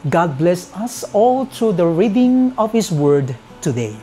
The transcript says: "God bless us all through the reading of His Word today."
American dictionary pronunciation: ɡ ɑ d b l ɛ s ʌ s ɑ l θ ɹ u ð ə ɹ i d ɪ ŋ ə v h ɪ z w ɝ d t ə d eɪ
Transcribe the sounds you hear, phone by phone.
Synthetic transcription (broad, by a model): ɡ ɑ d b l ɛ s ʌ s ɑ l t ɹ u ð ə ɹ i d ɪ ŋ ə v h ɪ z w ɝ d t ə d eɪ